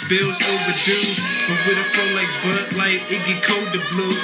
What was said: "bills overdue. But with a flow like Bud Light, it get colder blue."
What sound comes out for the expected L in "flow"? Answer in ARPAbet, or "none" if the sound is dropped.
none